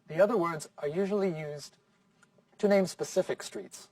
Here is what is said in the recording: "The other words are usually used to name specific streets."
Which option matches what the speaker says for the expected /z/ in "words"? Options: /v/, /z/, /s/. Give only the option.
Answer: /z/